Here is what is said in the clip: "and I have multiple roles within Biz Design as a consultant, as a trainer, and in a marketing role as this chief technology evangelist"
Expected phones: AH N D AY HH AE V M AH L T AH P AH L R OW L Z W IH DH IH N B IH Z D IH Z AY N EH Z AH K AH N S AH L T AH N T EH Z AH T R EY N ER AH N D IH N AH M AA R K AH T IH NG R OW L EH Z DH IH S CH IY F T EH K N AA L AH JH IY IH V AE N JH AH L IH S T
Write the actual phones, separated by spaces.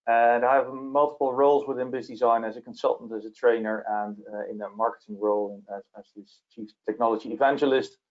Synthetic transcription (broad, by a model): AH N AY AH V M AH L T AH P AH L R OW L Z W IH DH IH N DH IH S D IH Z AY N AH Z AH K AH N S AH L T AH N T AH Z AH T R EY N ER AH N IH N AH M AA R K AH T IH NG R OW L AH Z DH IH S CH IY F T EH K N AA L AH JH IY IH V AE N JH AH L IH S T